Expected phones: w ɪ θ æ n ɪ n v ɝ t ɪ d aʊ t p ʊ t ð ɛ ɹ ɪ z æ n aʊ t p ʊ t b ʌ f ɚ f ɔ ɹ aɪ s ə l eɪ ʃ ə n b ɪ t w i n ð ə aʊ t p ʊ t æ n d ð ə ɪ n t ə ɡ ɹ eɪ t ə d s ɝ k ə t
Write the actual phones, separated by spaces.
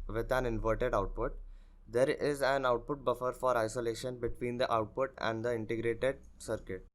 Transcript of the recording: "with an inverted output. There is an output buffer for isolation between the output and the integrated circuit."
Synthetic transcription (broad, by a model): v ɪ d æ n ɪ n v ɝ t ɪ d aʊ t p ʊ t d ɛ ɹ ɪ z æ n aʊ t p ʊ t b ʌ f ɚ f ɔ ɹ aɪ s ə l eɪ ʃ ə n b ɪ t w i n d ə aʊ t p ʊ t æ n d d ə ɪ n t ə ɡ ɹ eɪ t ə d s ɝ k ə t